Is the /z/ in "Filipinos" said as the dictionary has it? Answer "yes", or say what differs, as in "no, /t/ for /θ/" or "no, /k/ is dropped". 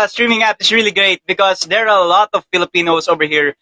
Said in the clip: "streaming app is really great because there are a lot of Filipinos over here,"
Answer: no, /s/ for /z/